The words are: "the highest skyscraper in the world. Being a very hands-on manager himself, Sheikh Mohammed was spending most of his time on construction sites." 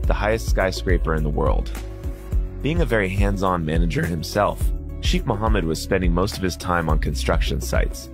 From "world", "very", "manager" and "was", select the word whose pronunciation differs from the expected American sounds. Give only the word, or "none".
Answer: none